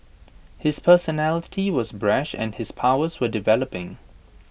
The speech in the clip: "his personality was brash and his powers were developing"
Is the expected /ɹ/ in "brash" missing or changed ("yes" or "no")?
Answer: no